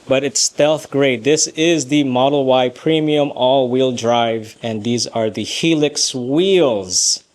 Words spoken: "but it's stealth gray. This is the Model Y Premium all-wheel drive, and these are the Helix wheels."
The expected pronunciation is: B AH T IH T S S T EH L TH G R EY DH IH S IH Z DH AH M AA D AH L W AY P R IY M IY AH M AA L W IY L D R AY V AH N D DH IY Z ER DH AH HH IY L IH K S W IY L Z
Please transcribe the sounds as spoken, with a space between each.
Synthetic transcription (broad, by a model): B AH T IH T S S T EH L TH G R EY DH IH S IH Z DH AH M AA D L W AY P R IY M IY AH M AA L W IY L D R AY V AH N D DH IY Z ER DH AH HH IY L IH K S W IY L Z